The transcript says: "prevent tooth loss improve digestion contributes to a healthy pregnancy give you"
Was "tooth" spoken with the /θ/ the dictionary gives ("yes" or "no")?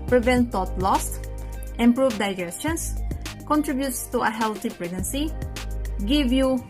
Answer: no